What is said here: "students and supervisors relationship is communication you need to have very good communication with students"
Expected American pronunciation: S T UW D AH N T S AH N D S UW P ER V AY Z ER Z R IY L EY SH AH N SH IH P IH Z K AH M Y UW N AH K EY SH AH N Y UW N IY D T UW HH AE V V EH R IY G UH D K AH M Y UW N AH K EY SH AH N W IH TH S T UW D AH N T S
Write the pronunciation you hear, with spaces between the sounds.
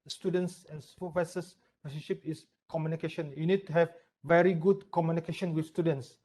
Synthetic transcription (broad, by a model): S T UW D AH N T S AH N S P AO F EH S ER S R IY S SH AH SH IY P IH S K AH M Y UW N AH K EY SH AH N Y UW N IY D T UW HH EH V V EH R IY G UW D K AH M Y UW N AH K EY SH AH N W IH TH S T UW D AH N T S